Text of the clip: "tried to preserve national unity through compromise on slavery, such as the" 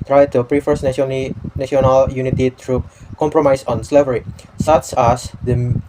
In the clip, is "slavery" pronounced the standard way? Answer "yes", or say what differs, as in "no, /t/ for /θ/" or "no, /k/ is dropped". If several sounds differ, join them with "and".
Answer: yes